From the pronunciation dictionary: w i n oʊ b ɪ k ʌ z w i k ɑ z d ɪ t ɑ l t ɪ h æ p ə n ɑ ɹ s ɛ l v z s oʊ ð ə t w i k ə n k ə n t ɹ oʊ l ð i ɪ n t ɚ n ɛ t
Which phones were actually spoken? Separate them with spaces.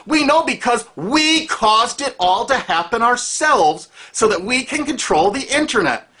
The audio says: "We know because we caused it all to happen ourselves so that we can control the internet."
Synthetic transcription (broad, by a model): w i n oʊ b ɪ k ʌ z w i k ɑ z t ɪ t ɑ l t ɪ h æ p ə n ɑ ɹ s ɛ l v z s oʊ ð ə t w i k ə n k ə n t ɹ oʊ l ð i ɪ n t ɚ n ɛ t